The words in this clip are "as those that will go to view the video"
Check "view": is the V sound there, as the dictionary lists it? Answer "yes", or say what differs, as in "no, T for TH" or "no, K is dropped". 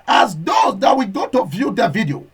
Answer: yes